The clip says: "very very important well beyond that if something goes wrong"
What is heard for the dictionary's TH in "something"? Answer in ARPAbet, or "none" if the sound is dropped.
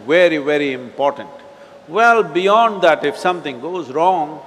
T